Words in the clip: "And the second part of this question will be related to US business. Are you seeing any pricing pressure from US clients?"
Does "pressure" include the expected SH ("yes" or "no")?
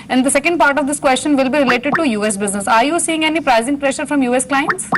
yes